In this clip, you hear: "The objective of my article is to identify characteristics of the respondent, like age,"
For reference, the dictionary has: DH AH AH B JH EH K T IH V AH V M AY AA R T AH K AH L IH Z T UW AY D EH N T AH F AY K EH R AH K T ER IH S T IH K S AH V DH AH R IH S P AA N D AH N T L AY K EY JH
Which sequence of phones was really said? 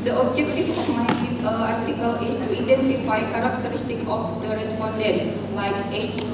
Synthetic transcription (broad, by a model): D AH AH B JH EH K T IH F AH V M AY AA R T AH K AH L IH S T UW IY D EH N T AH F AY K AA R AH K T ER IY S T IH K AH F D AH R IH S P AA N D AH N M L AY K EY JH